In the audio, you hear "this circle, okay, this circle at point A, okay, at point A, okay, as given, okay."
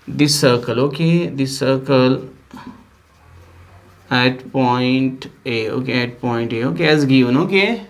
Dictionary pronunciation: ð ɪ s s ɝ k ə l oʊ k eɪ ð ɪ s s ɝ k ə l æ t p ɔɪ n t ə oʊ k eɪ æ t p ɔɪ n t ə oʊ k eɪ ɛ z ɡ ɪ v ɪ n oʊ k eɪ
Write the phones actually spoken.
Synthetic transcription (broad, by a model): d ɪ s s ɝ k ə l oʊ k eɪ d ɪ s s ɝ k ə l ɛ t p ɔɪ n t ə oʊ k eɪ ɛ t p ɔɪ n t ə oʊ k eɪ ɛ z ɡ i ɪ n oʊ k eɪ